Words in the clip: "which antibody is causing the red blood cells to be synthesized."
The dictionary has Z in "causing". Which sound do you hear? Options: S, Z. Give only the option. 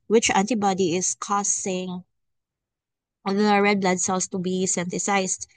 S